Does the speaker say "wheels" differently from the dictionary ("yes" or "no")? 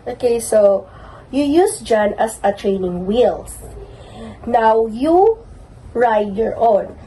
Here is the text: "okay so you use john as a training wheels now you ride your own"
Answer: yes